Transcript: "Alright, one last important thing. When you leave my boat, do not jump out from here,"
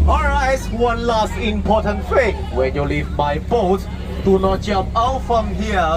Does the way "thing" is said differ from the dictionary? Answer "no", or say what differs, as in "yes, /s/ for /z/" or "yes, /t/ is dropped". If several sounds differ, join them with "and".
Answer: yes, /f/ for /θ/